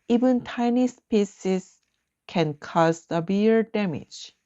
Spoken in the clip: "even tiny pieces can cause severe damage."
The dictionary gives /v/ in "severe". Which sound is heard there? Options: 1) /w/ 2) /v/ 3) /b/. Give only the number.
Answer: 3